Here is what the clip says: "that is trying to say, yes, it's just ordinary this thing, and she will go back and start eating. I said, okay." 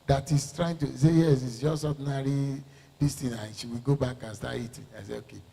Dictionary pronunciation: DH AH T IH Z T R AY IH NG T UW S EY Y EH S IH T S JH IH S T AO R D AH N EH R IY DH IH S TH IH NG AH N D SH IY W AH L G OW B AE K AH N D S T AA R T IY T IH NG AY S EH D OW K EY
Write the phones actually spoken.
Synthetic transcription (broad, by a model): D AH T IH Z T R AY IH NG T UW S EY Y EH S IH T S JH IH S T AO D N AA R IY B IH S T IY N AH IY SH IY W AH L G OW B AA K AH N S T AA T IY T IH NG AY S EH OW K EY